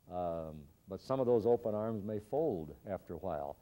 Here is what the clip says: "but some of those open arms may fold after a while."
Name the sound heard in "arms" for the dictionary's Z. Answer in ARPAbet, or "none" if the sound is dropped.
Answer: Z